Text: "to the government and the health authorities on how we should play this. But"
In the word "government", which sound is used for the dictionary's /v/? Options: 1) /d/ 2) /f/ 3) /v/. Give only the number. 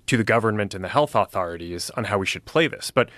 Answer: 3